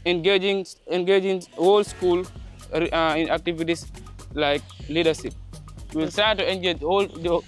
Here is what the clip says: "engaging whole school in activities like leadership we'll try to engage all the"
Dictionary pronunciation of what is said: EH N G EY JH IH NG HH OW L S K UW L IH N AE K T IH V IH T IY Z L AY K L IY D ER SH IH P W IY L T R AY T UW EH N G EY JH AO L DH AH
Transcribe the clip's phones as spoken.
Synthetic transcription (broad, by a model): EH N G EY JH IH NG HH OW L S K UW L IH N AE K T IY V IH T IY S L AY K L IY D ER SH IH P W IY L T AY T UW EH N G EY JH AO L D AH